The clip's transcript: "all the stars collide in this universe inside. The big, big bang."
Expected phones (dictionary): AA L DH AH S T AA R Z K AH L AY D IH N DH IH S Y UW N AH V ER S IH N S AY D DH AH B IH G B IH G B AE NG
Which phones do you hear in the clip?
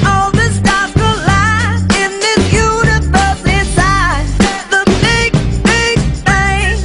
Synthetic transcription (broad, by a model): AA L DH AH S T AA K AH L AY IH N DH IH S Y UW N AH V ER S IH S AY DH AH B IH G B IH G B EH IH